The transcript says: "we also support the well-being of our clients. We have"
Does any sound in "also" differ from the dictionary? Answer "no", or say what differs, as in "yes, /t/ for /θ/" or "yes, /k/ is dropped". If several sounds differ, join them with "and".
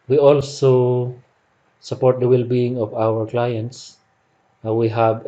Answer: no